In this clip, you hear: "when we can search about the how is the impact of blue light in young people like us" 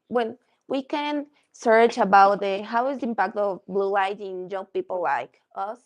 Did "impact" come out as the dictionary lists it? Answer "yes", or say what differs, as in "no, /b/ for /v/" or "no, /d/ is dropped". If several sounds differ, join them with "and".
yes